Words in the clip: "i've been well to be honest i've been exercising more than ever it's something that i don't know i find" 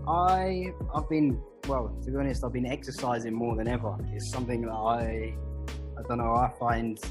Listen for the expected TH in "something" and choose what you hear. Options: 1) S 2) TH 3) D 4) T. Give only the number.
2